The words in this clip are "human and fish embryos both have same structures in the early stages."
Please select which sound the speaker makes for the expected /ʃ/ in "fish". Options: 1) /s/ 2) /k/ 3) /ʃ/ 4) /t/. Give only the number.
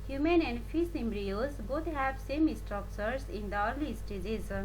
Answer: 1